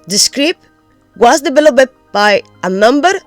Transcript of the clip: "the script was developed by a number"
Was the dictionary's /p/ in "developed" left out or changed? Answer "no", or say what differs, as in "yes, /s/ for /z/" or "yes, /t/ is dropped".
yes, /b/ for /p/